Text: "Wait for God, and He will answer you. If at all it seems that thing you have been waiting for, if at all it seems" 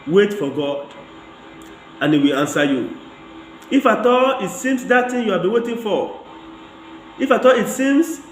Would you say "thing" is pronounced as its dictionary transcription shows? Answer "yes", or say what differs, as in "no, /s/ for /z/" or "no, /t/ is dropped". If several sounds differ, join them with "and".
no, /t/ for /θ/